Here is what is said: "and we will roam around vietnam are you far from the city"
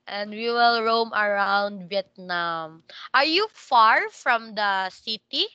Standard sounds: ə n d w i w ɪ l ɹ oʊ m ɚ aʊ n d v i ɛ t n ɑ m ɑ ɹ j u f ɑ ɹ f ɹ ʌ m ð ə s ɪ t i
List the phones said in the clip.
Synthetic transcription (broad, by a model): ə n d w i w ɪ l ɹ oʊ m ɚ aʊ n d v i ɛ t n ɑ m ɑ ɹ j u f ɑ ɹ f ɹ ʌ m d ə s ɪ t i